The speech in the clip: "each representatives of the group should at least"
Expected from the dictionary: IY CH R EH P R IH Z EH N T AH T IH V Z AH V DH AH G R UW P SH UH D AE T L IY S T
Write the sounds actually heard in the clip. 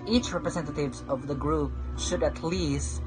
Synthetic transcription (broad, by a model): IY CH R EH P R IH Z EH N T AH T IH V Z AH V DH AH G R UW P SH UH D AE T L IY S T